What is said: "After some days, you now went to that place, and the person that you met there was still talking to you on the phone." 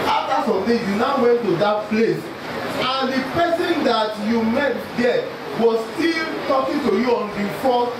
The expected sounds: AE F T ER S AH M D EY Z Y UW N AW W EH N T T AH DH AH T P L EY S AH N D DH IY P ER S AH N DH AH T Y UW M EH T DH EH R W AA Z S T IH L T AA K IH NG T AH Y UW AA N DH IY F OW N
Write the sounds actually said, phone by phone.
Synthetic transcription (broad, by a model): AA F T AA S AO M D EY Y UW N AW W EH N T T AH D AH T P L EY S AH N D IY P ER S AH N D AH T Y UW M EH T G EH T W AA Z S T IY L T AA K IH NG T AH Y UW AA N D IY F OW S